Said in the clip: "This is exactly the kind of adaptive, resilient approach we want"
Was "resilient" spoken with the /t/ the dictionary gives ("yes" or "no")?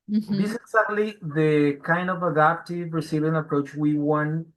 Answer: no